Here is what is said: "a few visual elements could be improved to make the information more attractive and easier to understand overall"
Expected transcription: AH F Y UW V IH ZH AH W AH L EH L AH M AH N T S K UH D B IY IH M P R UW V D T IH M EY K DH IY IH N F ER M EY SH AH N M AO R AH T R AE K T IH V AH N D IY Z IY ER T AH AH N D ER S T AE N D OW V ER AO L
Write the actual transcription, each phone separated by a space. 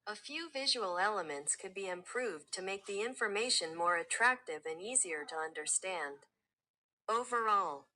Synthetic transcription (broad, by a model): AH F Y UW V IH ZH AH W L EH L AH M AH N T S K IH D B IY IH M P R UW V T IH M EY K DH IY IH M F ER M EY SH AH N M AO R AH T R AE K T IH V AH N IY Z IY ER T AH AH N D ER S T AE N D OW V ER AO L